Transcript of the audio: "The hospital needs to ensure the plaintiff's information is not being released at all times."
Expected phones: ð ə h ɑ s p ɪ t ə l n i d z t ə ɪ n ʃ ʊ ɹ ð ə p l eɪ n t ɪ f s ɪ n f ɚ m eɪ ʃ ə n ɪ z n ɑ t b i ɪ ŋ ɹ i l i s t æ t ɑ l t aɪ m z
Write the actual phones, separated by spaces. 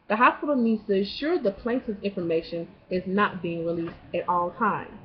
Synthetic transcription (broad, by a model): ð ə h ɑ s p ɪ t l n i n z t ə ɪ ʃ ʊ ɹ ð ə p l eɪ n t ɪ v ɪ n f ɚ m eɪ ʃ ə n ɪ z n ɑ t b i ɪ ŋ ɹ i l i s t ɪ t ɑ l t aɪ m